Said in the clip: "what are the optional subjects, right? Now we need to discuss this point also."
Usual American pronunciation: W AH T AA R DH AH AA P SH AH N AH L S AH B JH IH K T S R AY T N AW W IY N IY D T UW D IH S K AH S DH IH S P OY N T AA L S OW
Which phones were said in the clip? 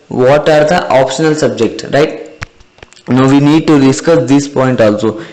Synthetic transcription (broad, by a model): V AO T AA R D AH AA P SH AH N AH L S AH B JH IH K T R AY T N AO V IY N IY D T UW D IH S K AH S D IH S P OY N T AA L S OW